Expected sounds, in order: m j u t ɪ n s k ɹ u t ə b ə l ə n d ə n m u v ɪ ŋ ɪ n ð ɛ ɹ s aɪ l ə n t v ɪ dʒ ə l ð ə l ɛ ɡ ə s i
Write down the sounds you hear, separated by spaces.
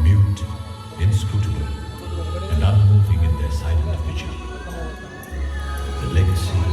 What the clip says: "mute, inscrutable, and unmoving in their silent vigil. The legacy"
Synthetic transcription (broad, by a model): m j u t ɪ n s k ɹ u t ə ə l ə n d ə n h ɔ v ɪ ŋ ɪ n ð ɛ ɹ s aɪ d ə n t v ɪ tʃ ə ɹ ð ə l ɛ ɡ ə s i